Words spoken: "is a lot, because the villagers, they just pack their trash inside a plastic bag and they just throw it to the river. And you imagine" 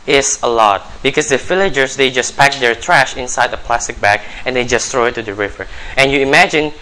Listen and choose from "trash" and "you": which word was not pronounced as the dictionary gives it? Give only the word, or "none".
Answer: none